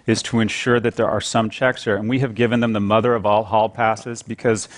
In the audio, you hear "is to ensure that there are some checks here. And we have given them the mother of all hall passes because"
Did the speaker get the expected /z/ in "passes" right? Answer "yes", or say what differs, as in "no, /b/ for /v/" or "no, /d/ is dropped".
yes